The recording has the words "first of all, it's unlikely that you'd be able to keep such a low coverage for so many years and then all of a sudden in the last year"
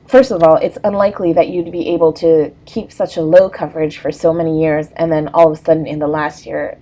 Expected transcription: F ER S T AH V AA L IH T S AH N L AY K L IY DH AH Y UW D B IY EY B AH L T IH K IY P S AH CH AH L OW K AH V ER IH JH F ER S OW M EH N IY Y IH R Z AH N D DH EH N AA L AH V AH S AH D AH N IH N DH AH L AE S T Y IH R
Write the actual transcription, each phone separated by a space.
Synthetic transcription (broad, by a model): F ER S T AH V AA L IH T S AH N L AY K L IY DH AH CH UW D B IY EY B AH L T IH K IY P S AH CH AH L OW K AH V ER IH JH F ER S OW M EH N IY Y IH R Z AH N DH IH N AA L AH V AH S AH D N IH N DH AH L AE S T Y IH R